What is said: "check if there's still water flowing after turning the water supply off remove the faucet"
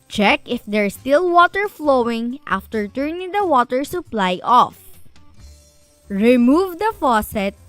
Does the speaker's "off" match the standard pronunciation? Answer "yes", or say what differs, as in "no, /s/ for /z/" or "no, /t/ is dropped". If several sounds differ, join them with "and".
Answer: yes